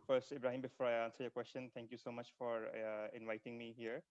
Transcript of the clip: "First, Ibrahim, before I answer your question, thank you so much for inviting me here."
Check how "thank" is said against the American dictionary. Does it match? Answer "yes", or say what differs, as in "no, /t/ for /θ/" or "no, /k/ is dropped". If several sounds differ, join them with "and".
no, /t/ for /θ/